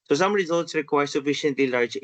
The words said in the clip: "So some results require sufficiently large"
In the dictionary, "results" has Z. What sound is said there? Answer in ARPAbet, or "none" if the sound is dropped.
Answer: Z